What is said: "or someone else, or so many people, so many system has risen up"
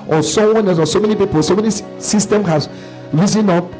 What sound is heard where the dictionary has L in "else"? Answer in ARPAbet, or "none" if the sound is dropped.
none